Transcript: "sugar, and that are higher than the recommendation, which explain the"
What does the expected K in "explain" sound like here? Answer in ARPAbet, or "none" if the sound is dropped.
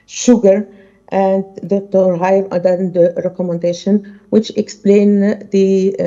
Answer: K